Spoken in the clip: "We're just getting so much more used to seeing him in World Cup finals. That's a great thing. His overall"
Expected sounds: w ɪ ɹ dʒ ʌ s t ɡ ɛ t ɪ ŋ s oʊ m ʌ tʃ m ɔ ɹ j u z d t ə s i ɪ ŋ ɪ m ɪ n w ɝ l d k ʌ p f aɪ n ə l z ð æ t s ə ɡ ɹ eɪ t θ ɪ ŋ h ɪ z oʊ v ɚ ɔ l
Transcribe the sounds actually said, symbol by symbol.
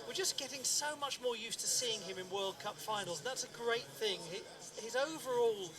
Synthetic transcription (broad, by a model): w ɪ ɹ dʒ ʌ s ɡ ɛ t ɪ ŋ s oʊ m ʌ tʃ m ɔ ɹ j u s t ə s i ɪ ŋ ɪ m ɪ n w ɝ l d k ʌ p f aɪ n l z ð æ t s ə ɡ ɹ eɪ t θ ɪ ŋ h ɪ z oʊ v ɚ ɔ l